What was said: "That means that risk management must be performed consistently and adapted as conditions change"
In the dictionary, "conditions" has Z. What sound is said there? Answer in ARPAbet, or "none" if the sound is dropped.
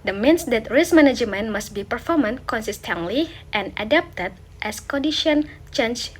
none